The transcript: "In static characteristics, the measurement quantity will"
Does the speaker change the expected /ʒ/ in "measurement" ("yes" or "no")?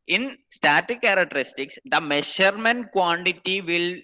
yes